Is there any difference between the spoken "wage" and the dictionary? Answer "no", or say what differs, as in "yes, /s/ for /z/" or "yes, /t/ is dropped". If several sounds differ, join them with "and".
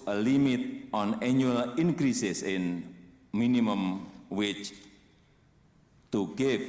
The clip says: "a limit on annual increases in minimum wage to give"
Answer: yes, /tʃ/ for /dʒ/